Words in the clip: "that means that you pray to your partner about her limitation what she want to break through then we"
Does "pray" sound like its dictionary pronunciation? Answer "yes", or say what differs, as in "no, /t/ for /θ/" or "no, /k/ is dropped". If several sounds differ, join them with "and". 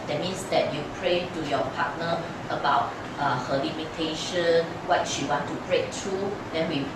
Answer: yes